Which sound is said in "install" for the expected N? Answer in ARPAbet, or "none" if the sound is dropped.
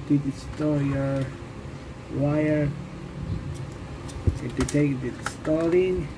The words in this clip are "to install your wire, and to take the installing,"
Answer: none